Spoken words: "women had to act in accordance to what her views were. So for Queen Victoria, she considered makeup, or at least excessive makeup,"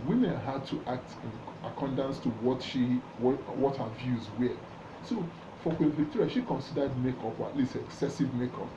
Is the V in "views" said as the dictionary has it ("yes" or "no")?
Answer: yes